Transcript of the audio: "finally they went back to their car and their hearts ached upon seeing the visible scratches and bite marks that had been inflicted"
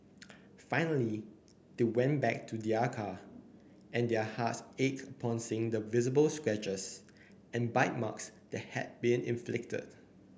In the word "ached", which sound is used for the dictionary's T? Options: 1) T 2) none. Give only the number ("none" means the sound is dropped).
2